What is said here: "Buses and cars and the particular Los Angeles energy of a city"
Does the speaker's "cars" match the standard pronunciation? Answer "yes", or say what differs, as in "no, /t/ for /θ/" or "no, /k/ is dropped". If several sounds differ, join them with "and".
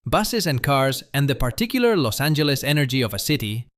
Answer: yes